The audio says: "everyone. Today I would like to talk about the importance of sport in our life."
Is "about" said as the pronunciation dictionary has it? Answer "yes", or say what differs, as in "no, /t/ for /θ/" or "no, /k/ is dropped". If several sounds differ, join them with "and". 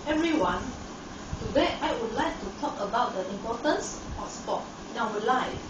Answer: yes